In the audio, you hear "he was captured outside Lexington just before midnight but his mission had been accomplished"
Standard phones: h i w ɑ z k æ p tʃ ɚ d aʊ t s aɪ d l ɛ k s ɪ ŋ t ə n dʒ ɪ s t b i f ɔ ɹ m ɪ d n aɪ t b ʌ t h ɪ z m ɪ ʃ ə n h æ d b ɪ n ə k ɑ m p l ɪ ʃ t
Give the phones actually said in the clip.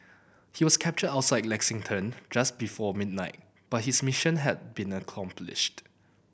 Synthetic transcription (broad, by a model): h i w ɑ s k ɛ p tʃ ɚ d aʊ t s aɪ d l ɛ k s ɪ ŋ t ə n dʒ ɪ s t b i f ɔ m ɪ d n aɪ t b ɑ t h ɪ s m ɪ ʃ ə n h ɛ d b ɪ n ə k ɑ m p l ɪ ʃ t